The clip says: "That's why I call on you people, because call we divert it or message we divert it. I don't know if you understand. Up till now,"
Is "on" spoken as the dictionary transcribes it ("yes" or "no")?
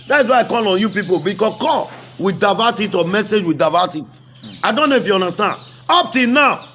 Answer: yes